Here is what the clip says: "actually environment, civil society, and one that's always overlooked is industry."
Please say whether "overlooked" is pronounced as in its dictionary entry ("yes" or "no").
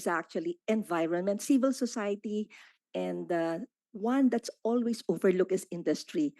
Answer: no